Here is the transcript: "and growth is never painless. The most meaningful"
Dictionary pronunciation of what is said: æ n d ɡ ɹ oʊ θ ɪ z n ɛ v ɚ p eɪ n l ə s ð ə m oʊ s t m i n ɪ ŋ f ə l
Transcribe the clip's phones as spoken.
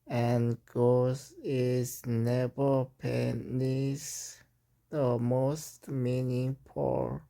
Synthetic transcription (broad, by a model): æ n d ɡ oʊ s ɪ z n ɛ v ɚ p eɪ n ə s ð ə m oʊ s t m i n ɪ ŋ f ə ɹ